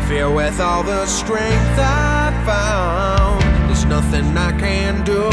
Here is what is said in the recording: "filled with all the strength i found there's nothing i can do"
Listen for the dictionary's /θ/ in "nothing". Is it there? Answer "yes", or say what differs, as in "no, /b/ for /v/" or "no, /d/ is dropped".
yes